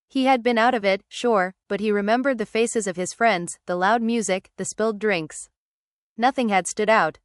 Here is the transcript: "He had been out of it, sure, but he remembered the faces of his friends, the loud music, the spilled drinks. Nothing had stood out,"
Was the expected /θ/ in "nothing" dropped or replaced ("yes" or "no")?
no